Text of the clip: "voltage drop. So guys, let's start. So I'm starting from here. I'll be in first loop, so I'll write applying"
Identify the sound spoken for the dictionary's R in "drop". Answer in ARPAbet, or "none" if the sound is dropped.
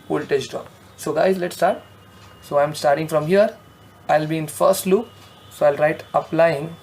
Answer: none